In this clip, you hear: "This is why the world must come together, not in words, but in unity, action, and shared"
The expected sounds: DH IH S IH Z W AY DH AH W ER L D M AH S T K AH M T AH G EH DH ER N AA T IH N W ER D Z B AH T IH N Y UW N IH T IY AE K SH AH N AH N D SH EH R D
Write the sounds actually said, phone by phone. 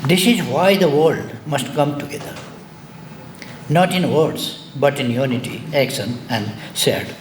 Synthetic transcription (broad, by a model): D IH S IH Z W AY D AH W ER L D M AH S T K AH M T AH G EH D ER N AA T IH N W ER D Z B AH T IH N Y UW N IH T IY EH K S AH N AH N D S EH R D